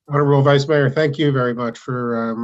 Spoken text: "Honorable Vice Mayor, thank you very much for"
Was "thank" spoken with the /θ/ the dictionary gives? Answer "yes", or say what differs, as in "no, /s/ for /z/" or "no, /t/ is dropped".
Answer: yes